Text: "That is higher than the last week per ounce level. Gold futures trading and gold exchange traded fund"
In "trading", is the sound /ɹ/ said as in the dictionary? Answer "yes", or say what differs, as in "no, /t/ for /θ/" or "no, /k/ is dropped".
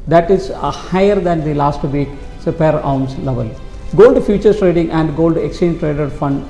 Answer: yes